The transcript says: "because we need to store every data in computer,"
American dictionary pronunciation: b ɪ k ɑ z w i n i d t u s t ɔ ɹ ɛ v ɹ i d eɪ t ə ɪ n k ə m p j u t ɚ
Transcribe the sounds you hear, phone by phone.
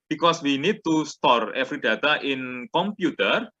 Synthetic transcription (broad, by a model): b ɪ k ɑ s w i n i d t u s t ɔ ɹ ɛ f ɹ i d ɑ t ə ɪ n k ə m p j u t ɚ